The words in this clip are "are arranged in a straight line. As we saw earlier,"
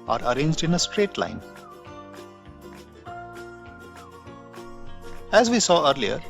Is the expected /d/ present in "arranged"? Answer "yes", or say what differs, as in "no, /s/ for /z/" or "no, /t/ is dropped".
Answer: yes